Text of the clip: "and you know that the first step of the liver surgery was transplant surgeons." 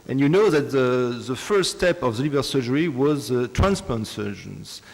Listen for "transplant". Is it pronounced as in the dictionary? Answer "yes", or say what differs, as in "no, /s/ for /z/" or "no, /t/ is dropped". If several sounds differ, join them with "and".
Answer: no, /l/ is dropped